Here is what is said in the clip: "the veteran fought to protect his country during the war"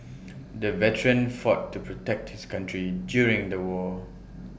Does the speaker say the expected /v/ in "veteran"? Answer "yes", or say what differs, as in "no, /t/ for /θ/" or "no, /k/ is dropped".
yes